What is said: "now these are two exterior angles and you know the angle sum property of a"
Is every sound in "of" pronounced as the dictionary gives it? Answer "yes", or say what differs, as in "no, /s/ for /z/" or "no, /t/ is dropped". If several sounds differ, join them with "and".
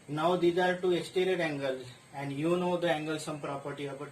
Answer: no, /b/ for /v/